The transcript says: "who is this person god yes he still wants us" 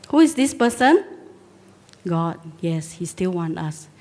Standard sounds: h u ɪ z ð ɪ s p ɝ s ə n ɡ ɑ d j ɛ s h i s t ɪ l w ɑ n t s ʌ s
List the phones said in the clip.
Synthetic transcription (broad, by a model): h u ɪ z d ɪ s p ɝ s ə n ɡ ɑ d j ɛ s h i s t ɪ l w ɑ n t ɑ s